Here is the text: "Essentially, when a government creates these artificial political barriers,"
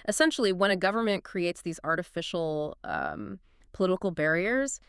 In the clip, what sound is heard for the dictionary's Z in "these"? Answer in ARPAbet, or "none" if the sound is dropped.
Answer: Z